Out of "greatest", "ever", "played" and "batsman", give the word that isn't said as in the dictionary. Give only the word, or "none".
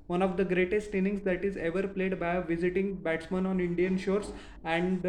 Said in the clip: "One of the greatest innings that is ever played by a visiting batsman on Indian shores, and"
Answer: none